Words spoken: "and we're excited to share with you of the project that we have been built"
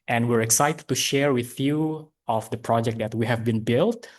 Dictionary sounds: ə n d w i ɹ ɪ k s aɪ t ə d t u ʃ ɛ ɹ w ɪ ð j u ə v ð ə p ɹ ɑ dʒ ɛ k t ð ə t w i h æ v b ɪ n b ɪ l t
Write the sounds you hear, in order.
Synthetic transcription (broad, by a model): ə n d w i ɹ ɪ k s aɪ t ə d t u ʃ ɛ ɹ w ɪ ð j u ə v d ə p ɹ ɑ dʒ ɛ k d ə t w i h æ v b ɪ n b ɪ l t